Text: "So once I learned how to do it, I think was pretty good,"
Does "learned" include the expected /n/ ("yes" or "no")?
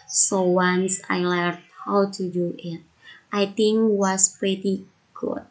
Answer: no